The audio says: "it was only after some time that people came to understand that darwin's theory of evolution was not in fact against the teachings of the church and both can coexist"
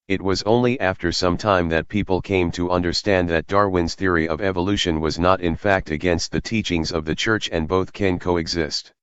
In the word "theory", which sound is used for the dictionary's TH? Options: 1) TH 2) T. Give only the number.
1